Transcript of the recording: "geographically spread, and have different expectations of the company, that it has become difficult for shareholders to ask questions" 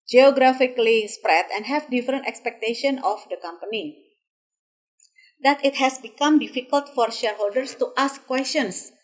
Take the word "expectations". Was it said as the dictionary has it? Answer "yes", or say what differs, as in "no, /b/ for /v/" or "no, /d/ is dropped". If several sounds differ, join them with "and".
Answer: no, /z/ is dropped